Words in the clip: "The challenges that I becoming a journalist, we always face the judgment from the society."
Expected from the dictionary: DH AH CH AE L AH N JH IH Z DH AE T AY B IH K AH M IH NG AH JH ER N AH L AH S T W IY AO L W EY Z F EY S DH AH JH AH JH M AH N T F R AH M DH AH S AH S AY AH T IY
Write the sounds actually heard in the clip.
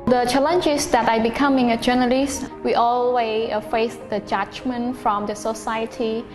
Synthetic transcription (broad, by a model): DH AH CH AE L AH N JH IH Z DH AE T AY B IH K AH M IH NG AH JH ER N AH L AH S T W IY AO L W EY F EY S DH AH JH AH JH M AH N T F R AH M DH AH S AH S AY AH T IY